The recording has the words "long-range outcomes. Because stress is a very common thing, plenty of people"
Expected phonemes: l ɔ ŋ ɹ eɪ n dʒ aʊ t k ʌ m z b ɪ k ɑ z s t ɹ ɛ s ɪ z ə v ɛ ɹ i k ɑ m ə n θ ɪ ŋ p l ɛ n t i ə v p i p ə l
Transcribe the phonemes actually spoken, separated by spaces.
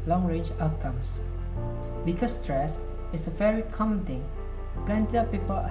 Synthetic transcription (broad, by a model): l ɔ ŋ ɹ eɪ dʒ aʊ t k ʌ m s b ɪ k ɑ s t ɹ ɛ s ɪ s ə v ɛ ɹ i k ɑ m ə n t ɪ ŋ p l ɛ n t i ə p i p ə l